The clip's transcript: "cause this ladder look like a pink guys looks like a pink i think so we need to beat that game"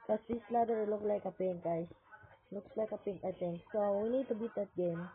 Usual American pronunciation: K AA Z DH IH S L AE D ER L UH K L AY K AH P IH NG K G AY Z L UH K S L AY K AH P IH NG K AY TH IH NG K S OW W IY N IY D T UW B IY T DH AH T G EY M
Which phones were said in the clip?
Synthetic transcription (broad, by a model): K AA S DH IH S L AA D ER L UH K L AY K AH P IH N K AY S L UH K S L AY K AH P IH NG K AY T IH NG S OW W IY N IY D T UW B IY T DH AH T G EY M